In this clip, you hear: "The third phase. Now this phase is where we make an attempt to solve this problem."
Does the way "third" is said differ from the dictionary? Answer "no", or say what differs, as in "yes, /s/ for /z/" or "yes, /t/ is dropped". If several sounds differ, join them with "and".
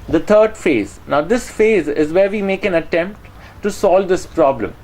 yes, /t/ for /θ/